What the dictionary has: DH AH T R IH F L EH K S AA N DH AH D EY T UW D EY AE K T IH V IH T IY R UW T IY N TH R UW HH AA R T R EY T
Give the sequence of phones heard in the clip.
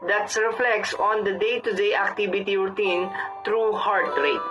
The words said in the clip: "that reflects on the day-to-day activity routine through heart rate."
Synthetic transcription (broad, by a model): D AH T R IH F L EH K S AA N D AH D EY T UW D EY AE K T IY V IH T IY R T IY N T R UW HH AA R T R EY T